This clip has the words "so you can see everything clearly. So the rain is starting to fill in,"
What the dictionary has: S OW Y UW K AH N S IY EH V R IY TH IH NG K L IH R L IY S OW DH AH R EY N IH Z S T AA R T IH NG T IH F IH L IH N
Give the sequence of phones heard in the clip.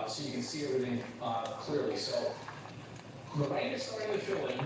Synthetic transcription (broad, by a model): S OW Y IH K AH N S IY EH R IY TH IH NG K L IH R L IY S OW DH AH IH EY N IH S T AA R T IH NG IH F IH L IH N